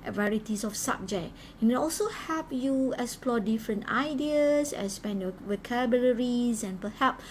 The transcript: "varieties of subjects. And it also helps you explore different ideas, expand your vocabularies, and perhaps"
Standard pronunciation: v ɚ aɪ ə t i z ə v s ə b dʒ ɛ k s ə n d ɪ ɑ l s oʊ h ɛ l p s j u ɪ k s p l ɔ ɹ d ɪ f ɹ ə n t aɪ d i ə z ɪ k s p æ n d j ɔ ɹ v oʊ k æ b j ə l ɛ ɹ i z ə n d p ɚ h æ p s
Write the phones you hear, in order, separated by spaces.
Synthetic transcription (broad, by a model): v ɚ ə t i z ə f s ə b dʒ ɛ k ə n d ɪ ɑ l s oʊ h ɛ p j u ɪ k s p l ɔ d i f ɹ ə n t aɪ d i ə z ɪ s p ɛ n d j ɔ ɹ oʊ k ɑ b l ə ɹ i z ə n p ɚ h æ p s